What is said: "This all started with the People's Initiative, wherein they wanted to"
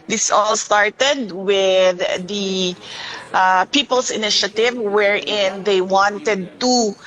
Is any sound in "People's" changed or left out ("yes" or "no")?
yes